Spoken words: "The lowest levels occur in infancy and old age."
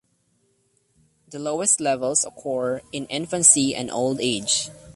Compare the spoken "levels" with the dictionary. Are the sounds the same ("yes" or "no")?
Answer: no